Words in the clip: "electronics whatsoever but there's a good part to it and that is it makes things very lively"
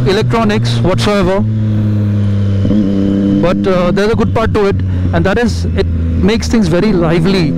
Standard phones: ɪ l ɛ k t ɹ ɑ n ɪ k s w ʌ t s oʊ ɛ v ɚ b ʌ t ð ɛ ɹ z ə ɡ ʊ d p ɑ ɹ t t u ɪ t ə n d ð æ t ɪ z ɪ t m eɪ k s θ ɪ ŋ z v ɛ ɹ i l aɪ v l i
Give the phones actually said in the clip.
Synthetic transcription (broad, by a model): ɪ l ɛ k t ɹ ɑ n ɪ k s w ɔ t s oʊ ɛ v ɚ b ʌ t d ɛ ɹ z ə ɡ ʊ d p ɑ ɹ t t u ɪ t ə n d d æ t ɪ z ɪ t m eɪ k s t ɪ ŋ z v ɛ ɹ i l aɪ v l i